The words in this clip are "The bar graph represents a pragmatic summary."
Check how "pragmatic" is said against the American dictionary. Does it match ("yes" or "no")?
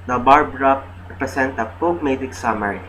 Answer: no